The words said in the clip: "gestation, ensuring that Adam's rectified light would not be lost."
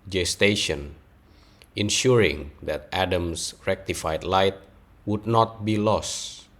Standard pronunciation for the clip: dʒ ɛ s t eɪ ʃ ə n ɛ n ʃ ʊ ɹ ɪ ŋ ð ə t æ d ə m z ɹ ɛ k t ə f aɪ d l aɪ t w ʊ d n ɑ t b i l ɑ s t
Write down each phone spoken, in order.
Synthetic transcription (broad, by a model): dʒ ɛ s t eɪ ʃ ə n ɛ n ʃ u ɹ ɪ ŋ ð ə t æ d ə m s ɹ ɛ k t ə f aɪ d l aɪ t w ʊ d n ɑ t b i l ɑ s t